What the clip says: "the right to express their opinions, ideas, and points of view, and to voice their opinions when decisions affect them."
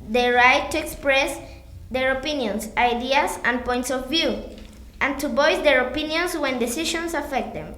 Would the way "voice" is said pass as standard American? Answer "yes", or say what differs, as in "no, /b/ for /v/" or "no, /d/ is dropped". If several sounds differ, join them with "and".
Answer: no, /b/ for /v/